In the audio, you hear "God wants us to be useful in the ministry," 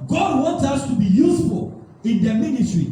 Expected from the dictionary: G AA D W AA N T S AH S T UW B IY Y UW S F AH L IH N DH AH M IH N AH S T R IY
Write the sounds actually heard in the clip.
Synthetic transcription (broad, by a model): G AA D W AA N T AH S T UW B IY Y UW S F AH L IH N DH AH M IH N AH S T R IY